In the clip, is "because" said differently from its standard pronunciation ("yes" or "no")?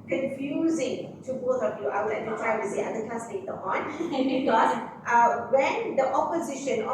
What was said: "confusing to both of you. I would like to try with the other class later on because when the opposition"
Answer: yes